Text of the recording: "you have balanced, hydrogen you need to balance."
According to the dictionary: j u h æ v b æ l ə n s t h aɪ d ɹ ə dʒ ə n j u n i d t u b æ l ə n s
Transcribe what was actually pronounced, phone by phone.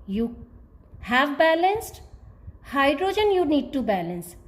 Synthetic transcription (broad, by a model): j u h æ v b æ l ə n s t h aɪ d ɹ ə dʒ ə n j u n i d t u b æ l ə n s